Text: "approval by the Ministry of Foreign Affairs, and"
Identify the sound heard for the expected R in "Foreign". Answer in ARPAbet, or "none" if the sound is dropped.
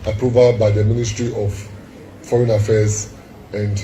R